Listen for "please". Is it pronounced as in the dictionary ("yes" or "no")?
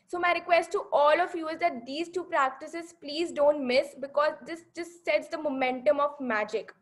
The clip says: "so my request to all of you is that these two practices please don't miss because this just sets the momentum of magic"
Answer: yes